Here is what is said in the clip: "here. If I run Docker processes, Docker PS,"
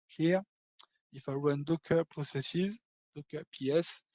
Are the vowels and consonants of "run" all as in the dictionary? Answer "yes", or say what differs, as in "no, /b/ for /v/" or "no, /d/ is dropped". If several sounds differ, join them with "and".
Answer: no, /w/ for /ɹ/